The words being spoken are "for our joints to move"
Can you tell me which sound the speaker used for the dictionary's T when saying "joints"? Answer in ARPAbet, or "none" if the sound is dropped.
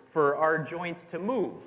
T